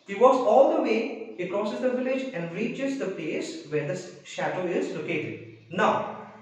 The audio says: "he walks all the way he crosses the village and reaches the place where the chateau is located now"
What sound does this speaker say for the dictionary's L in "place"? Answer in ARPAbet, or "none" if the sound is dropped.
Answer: L